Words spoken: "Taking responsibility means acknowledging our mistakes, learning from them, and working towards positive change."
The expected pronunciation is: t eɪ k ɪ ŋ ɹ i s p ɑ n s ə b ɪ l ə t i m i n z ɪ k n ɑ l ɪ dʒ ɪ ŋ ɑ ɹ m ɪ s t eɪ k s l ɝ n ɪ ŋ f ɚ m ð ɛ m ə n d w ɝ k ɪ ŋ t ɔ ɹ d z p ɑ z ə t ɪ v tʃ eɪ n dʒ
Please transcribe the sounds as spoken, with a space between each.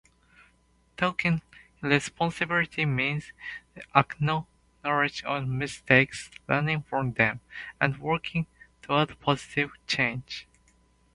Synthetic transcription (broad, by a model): t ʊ k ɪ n ɹ i s p ɑ n s ə b ɪ l ə t i m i n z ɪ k n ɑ n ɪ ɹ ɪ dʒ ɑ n m ɪ s t eɪ k s l ɝ n ɪ ŋ f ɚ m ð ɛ m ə n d w ɝ k ɪ ŋ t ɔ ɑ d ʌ p ɑ z ə t ɪ v tʃ eɪ n dʒ